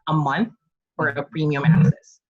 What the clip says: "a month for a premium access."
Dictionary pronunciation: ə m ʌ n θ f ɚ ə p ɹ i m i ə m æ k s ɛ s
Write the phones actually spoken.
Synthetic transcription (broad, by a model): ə m ʌ n θ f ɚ ə p ɹ i m i ə m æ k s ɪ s